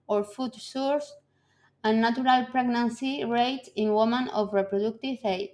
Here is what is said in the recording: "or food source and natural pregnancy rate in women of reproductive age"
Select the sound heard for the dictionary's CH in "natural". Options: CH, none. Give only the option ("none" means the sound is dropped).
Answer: none